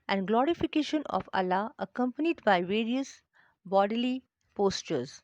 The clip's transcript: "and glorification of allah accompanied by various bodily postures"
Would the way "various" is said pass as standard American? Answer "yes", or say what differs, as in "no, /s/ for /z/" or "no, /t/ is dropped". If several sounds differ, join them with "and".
yes